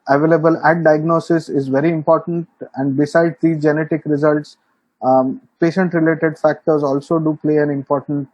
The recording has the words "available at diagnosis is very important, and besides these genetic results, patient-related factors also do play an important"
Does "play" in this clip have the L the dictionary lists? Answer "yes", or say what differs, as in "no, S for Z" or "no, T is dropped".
yes